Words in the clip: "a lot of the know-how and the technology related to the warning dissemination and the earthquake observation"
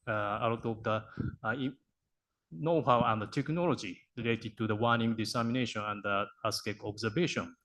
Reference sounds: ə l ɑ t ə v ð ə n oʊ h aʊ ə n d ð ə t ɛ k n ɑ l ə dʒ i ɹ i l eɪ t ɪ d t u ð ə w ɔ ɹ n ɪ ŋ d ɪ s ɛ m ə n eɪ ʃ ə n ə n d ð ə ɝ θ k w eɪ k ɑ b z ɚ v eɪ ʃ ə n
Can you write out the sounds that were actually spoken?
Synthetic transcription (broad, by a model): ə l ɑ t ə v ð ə n oʊ h aʊ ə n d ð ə t ɛ k n ɑ l ə dʒ i ɹ i l eɪ t ɪ d t u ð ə w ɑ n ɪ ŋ d ɪ s ɛ m ə n eɪ ʃ ə n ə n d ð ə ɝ s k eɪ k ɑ b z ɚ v eɪ ʃ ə n